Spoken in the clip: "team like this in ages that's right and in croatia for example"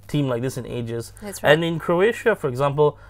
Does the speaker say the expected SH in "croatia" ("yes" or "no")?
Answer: yes